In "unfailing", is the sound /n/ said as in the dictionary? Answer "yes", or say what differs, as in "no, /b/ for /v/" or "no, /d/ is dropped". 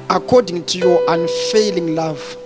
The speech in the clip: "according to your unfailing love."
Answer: yes